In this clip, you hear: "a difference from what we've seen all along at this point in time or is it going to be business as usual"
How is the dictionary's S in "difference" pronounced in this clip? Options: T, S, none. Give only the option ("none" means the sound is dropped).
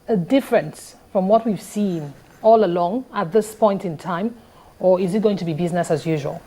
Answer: S